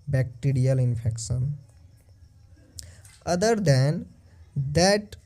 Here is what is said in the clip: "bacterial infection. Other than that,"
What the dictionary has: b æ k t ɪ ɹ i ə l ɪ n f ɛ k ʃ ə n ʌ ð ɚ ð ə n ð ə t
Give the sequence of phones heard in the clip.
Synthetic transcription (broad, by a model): b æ k t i ɹ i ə l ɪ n p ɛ k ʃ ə n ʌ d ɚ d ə n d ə t